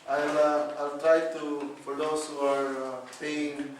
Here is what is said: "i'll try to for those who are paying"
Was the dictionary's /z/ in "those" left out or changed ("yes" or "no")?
yes